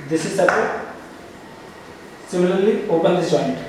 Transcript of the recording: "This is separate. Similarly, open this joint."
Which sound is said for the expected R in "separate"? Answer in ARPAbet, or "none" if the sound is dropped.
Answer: none